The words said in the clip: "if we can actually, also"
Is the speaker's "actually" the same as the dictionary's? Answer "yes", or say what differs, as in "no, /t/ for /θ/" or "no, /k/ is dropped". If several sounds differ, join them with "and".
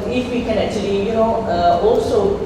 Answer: no, /n/ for /l/